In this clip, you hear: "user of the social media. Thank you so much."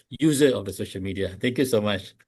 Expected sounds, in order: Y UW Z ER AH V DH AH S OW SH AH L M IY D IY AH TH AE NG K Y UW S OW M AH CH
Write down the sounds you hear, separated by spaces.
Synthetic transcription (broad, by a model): Y UW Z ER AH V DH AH S OW SH AH L M IY D IY AH T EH NG K Y UW S OW M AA CH